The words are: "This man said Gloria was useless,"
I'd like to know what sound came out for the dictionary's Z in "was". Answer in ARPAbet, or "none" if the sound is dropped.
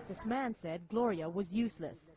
Z